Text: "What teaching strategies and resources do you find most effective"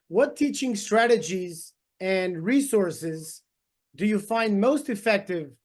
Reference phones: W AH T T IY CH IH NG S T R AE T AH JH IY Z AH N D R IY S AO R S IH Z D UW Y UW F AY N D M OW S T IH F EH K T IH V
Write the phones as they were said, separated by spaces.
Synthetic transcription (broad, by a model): W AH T T IY CH IH NG S T R AE T AH JH IY Z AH N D R IY S AO R S IH Z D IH Y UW F AY N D M OW S T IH F EH K T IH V